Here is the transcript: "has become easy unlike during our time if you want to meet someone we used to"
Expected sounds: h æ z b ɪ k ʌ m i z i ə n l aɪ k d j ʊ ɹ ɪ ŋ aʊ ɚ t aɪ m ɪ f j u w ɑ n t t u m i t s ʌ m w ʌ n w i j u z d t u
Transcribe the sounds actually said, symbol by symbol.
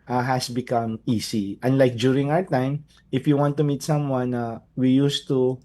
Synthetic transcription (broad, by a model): h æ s b ɪ k ʌ m i s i ə n l aɪ k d j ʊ ɹ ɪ ŋ aʊ ɚ t aɪ m ɪ f j u w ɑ n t t u m i t s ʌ m w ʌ n w i j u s t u